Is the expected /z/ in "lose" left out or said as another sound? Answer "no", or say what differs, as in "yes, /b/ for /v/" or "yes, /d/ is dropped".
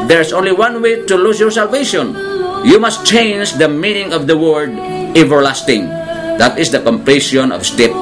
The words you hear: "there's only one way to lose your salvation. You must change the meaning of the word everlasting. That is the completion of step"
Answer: yes, /s/ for /z/